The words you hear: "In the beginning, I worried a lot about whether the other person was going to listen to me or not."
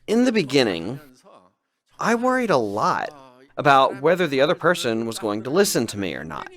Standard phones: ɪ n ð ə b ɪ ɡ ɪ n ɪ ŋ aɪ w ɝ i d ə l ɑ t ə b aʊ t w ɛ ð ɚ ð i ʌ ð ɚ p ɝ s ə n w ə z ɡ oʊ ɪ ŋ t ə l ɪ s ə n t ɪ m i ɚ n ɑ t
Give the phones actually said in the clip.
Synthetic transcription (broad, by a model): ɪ n ð ə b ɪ ɡ ɪ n ɪ ŋ aɪ w ɝ i d ə l ɑ t ə b aʊ t w ɛ ð ɚ ð i ʌ ð ɚ p ɝ s ə n w ə z ɡ oʊ ɪ ŋ t ə l ɪ s ə n t ɪ m i ɚ n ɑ t